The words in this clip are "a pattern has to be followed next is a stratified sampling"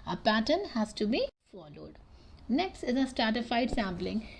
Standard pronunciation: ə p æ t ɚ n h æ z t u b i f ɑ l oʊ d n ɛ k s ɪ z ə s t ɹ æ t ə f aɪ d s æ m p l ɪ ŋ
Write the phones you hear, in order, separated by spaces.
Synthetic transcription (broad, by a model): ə p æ t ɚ n h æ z t u b i f ɑ l oʊ d n ɛ k s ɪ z ə s t ɹ æ t ə f aɪ d s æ m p l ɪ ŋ